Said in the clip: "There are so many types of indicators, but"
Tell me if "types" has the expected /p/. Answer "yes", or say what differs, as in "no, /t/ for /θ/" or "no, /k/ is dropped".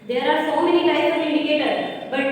no, /p/ is dropped